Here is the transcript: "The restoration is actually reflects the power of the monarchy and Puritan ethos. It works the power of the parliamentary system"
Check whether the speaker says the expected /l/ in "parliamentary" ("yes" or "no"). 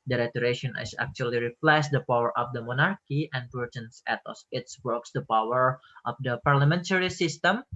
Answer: yes